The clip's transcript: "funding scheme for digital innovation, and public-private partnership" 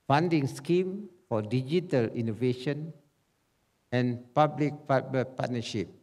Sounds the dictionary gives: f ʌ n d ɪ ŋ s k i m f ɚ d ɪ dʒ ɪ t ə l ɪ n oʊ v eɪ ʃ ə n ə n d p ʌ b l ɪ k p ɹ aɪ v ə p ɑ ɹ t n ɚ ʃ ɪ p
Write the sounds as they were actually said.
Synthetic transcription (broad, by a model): f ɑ n d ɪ ŋ s k i m f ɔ d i dʒ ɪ t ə l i n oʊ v eɪ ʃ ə n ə n p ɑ b l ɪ k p aɪ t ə p ɑ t n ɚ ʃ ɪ p